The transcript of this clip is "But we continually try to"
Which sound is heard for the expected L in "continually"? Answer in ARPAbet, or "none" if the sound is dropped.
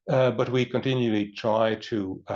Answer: L